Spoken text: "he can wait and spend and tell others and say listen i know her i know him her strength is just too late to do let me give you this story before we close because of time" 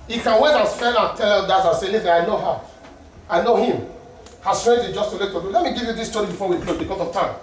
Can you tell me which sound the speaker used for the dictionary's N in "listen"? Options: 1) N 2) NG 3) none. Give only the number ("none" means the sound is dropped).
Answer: 3